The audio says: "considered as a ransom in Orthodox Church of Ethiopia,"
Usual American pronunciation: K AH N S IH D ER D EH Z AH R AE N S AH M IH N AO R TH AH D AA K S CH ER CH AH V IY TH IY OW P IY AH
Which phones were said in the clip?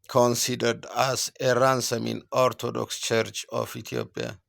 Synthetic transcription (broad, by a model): K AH N S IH D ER D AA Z AH R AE N S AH M IH N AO R T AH D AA K S CH ER CH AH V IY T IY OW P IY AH